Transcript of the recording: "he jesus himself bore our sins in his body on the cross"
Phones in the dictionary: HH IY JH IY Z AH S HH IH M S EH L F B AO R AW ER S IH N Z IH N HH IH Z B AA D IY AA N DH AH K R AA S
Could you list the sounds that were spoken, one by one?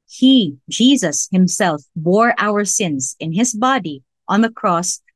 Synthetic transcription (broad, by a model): HH IY JH IY Z AH S HH IH M S EH L F B AO R AW ER S IH N Z IH N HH IH Z B AA D IY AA N DH AH K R AA S